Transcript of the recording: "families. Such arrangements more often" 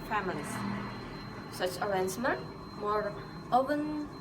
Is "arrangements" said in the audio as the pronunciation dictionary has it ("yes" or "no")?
no